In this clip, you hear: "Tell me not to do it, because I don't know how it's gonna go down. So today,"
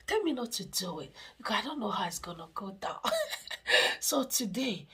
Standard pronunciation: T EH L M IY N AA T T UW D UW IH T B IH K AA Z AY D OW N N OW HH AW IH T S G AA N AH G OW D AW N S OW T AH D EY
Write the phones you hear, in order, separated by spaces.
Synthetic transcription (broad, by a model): T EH L M IY N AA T T UW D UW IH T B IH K AA AY D OW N N OW HH AW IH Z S G AA N AH G OW D AW N S OW T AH D EY